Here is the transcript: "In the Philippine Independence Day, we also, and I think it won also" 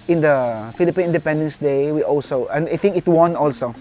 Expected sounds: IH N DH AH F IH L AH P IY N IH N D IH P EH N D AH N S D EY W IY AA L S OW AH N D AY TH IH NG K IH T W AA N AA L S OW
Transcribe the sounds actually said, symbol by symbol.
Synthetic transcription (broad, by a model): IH N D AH F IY L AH P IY N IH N D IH P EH N D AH N S D EY W IY AA L S OW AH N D AY T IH NG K IH T W AA N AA L S OW